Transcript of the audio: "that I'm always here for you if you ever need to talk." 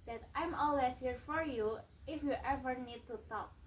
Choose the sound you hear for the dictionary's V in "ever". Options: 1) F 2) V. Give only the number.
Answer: 2